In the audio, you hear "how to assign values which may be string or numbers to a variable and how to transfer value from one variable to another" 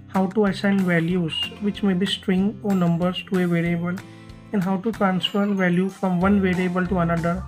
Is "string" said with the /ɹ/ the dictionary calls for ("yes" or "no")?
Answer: yes